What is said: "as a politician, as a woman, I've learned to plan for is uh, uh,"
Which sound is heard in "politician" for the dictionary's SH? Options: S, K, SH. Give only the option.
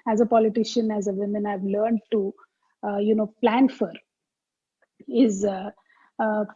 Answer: SH